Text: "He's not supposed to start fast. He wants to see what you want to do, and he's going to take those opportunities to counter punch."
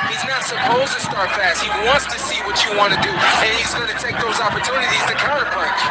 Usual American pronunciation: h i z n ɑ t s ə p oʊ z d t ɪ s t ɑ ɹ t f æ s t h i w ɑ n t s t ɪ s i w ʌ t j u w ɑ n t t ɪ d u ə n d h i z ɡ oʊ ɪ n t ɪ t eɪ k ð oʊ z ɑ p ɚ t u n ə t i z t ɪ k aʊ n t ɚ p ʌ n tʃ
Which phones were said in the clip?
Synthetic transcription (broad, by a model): h i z n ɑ t s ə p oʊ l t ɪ s t ɑ ɹ t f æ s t h i w ɑ n t s t ɪ s i w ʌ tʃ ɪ w ɑ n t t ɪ d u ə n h i z ɡ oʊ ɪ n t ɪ t eɪ k ð oʊ z ɑ p ɚ t u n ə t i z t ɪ k aʊ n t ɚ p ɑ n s